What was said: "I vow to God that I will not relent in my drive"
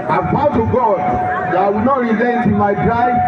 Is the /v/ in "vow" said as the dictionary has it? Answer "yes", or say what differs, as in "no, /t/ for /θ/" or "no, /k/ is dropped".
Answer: no, /p/ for /v/